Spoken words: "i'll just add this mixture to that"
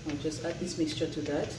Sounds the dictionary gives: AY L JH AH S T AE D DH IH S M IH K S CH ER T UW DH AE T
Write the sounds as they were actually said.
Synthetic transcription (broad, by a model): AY JH AH S T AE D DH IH S M IH K S CH ER T UW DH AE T